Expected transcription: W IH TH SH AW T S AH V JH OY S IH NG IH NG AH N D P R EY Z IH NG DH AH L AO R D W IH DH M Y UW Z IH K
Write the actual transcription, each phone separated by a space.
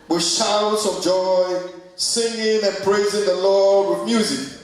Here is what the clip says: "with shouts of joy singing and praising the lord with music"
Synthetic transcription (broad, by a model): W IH SH AW T S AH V JH OY S IH NG IH NG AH N P R EY Z IH NG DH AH L AO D W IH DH M Y UW Z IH K